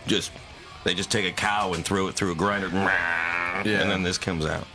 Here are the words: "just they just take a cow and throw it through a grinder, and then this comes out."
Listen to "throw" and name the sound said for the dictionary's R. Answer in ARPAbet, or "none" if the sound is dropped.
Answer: R